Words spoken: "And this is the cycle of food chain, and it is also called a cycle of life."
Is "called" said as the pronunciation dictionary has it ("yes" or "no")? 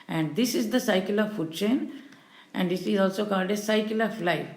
yes